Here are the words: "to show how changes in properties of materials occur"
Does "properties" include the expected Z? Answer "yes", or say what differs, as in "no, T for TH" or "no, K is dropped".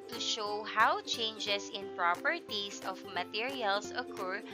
no, S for Z